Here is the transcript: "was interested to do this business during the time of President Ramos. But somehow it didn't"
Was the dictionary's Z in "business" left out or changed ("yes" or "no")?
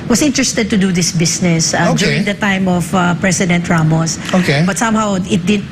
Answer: yes